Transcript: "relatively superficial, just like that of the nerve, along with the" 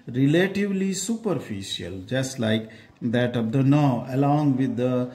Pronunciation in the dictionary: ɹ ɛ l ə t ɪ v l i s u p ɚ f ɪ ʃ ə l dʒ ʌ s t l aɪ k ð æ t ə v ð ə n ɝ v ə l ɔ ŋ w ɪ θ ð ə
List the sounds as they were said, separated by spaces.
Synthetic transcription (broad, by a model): ɹ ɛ l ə t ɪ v l i s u p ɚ f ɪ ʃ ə l dʒ ʌ s t l aɪ k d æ t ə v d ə n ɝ ə l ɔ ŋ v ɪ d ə